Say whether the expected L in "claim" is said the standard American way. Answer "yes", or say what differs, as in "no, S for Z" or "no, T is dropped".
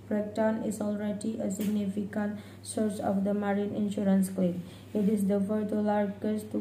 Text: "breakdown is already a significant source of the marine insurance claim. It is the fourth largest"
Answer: no, L is dropped